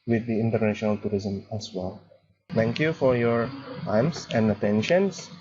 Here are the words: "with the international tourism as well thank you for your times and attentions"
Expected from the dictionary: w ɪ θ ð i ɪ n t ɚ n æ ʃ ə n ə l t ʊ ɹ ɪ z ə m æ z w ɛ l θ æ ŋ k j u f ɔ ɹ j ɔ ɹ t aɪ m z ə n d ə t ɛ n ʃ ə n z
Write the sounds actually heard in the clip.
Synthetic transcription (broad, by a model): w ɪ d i ɪ n t ɚ n æ ʃ ə n ə l t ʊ ɹ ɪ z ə m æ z w ɛ l t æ ŋ k j u f ɔ ɹ j ɔ ɹ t aɪ m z ə n d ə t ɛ n ʃ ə n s